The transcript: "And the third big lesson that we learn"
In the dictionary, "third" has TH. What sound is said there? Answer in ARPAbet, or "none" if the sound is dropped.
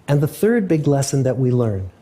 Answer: TH